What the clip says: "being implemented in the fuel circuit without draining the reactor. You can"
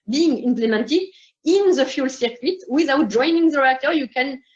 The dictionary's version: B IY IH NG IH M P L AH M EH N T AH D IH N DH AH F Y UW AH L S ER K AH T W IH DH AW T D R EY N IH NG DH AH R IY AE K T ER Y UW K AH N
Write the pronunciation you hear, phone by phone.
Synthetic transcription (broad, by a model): B IY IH NG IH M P L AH M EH N T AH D IH N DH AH F Y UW L S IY K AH T W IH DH AW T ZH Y N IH NG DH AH L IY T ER Y UW K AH N